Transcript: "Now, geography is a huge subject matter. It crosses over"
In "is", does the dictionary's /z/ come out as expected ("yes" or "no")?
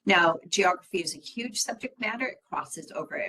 yes